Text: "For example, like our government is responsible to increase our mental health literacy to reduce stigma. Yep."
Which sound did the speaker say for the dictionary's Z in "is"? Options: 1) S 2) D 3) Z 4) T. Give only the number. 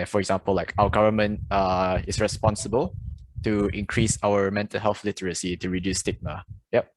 1